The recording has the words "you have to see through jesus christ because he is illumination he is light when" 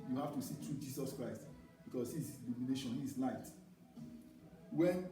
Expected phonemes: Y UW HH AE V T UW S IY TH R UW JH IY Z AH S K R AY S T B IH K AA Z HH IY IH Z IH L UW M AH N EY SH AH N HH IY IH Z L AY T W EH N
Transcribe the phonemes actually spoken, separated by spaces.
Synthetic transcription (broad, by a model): Y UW HH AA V T UW S IY T R UW JH IY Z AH S K R AY S T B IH K AA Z HH IY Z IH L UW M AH N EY SH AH N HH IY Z L AY T W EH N